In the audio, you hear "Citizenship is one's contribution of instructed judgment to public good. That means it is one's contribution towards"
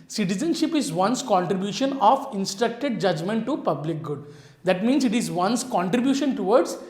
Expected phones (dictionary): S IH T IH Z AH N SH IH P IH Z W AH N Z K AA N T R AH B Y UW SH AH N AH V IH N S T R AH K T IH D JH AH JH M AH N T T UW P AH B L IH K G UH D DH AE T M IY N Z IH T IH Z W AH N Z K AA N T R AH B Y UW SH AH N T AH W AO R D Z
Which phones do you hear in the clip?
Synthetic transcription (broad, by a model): S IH T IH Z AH N SH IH P IH Z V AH N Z K AA N T R AH B Y UW SH AH N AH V IH N S T R AH K T IH D JH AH JH M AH N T T UW P AH B L IH K G UH D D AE T M IY N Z IH T IH Z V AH N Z K AA N T R AH B Y UW SH AH N T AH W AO R D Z